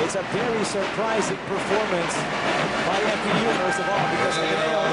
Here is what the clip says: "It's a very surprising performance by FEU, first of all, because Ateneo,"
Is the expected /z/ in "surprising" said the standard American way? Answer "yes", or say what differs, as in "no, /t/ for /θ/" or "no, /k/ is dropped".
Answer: yes